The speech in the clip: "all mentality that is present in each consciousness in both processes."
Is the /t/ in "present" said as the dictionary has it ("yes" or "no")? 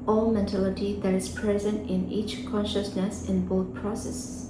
yes